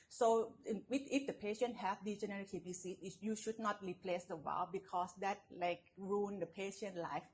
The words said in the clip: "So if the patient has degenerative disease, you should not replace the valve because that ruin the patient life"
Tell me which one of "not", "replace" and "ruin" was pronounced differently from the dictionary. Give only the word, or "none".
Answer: ruin